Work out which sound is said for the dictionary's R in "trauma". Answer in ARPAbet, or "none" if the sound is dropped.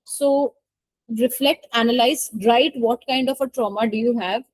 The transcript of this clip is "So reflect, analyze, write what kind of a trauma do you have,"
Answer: R